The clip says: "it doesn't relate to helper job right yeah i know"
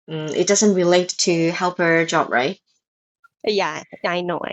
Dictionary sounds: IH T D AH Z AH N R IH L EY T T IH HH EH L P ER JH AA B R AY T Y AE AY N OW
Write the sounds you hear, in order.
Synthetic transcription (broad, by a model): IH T D AH Z AH N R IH L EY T T IH HH EH L P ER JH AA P R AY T Y AE AY N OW